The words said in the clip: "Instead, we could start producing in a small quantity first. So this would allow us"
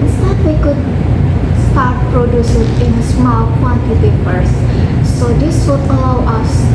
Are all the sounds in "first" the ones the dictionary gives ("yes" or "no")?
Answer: no